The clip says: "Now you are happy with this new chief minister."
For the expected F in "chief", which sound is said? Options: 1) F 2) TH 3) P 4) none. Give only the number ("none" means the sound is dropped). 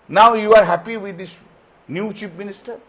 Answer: 3